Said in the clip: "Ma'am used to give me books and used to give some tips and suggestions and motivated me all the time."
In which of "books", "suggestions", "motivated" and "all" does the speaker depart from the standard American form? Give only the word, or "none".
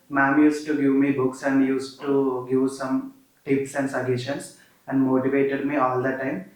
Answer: suggestions